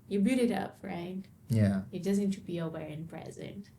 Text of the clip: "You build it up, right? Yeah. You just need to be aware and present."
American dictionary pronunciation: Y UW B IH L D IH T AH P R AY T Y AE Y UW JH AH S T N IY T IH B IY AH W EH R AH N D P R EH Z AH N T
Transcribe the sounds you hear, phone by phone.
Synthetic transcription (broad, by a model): Y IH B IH D IH T AH P R AY T Y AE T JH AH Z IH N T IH B IY AH W EH R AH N P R EH Z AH N T